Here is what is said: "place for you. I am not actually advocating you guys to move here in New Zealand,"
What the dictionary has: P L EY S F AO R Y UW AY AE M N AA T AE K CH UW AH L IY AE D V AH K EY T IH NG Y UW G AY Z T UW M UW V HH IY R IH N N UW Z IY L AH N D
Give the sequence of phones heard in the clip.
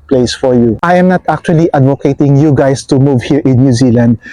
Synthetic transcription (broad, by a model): P L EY S F AO R Y UW AY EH M N AA T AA K CH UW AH L IY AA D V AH K EY T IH NG Y UW G AY S T UW M UW V HH IY R IH N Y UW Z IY L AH N D